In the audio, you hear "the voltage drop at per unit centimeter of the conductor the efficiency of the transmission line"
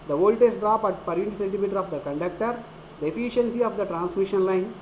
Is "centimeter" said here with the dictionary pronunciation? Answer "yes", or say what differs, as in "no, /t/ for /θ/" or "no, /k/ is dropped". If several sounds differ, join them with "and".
no, /l/ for /n/